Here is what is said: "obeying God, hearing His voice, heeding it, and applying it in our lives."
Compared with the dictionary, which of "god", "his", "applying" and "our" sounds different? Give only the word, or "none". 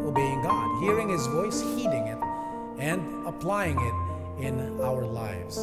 none